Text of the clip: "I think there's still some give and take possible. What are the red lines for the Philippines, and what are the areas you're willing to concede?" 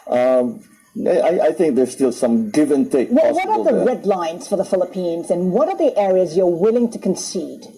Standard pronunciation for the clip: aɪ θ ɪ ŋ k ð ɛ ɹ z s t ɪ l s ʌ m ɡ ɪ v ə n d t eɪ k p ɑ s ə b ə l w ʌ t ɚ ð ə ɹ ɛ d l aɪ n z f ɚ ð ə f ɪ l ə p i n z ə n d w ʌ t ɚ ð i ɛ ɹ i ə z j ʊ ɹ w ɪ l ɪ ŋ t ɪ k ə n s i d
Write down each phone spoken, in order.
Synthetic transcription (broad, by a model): aɪ θ ɪ ŋ k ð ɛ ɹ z s t ɪ l s ʌ m ɡ ɪ v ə n t eɪ k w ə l w ʌ t ɚ ð ə ɹ ɛ d l aɪ n z f ɚ ð ə f ɪ l ə p i n z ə n w ʌ t ɚ ð i ɛ ɹ i ə z j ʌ ɹ w ɪ l ɪ ŋ t ɪ k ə n s i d